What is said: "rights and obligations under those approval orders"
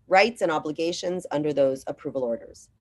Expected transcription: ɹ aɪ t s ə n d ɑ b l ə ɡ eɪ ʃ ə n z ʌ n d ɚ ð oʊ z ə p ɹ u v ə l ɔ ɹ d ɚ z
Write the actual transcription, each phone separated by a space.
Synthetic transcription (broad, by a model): ɹ aɪ t s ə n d ɑ b l ə ɡ eɪ ʃ ə n z ʌ n d ɚ ð oʊ z ə p ɹ u v ə l ɔ ɹ d ɚ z